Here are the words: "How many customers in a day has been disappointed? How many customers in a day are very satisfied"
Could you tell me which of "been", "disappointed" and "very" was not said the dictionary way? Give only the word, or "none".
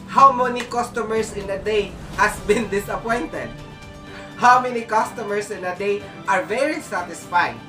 none